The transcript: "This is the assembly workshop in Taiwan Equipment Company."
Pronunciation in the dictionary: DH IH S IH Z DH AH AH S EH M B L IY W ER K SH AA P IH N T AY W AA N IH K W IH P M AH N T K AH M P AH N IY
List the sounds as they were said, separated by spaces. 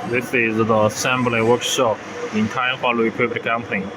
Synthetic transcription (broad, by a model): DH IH S IH Z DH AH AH S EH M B L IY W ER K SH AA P IH N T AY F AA L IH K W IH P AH T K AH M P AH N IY